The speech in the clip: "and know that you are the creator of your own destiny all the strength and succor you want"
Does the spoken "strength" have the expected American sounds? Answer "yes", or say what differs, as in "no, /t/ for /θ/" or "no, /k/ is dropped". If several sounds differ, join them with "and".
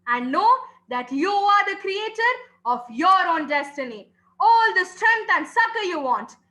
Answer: no, /t/ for /θ/